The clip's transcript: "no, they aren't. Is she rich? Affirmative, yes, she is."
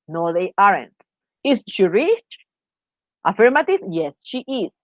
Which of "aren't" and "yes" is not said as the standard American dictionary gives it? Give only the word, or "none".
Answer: none